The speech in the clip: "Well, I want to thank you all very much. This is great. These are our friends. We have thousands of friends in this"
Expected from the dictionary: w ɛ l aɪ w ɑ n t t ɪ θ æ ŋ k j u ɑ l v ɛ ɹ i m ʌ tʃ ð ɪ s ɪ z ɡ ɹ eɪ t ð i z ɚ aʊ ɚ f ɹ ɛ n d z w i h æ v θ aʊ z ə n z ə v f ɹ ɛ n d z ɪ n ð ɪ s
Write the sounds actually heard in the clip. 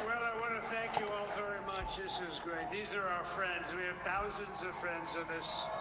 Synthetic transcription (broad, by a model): w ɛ l aɪ w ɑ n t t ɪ θ æ ŋ k j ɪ ɑ l v ɛ ɹ i m ʌ tʃ ð ɪ s ɪ z ɡ ɹ eɪ t ð i z ɚ aʊ ɚ f ɹ ɛ n d z w i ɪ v θ aʊ z ə n z ə v f ɹ ɛ n d z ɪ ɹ ð ɪ s